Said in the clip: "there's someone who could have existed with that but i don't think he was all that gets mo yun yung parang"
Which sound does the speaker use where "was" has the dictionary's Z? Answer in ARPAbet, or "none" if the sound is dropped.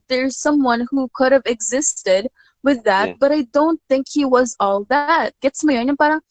Z